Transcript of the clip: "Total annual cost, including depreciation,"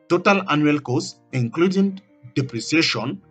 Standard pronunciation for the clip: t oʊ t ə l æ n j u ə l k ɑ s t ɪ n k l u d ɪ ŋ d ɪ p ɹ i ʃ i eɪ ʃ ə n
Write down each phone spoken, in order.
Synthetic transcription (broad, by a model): t oʊ t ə l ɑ n j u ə l k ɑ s ɪ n k l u d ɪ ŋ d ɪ p ɹ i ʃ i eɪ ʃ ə n